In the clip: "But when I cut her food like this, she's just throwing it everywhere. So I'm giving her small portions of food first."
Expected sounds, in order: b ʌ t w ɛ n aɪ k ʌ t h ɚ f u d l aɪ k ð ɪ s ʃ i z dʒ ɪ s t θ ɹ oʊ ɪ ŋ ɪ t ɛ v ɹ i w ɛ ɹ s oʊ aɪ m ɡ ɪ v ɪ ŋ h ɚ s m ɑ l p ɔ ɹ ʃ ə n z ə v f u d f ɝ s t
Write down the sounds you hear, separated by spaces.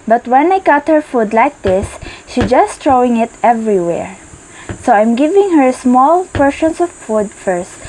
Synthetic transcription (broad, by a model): b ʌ t w ɛ n aɪ k ʌ t h ɚ f u d l aɪ k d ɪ s ʃ i dʒ ɪ s t ɹ oʊ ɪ ŋ ɪ t ɛ v ɹ i w ɛ ɹ s oʊ aɪ m ɡ ɪ v ɪ ŋ h ɚ s m ɑ l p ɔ ɹ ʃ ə n s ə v f u d f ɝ s t